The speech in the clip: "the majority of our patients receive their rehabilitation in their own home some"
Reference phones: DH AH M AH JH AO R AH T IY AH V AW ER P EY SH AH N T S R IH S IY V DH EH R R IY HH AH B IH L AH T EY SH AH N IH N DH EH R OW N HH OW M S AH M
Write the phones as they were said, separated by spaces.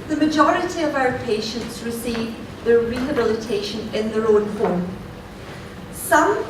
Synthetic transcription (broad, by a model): DH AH M AH JH AO R AH T IY AH V AW ER P EY SH AH N T S R IH S IY V DH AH R R IY HH AH B IH L AH T EY SH AH N IH N DH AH R OW N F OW M S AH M